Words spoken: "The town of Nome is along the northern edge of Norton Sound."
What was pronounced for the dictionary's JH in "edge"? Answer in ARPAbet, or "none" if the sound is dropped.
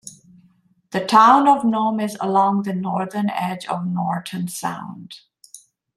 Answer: JH